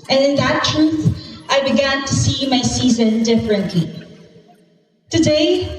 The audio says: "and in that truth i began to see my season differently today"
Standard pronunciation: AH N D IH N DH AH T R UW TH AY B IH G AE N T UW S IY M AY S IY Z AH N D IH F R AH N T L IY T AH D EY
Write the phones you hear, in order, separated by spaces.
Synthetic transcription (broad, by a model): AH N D IH N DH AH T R UW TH AY B IH G AE N T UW S IY M AY S IY Z AH N D IH F R AH N T L IY T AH D EY